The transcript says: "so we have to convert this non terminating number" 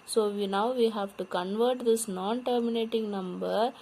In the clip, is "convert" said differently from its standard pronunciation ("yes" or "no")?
no